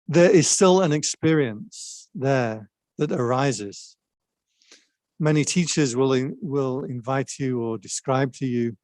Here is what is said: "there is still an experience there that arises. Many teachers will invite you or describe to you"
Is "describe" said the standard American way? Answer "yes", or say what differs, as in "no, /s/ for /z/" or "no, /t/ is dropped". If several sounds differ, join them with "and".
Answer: yes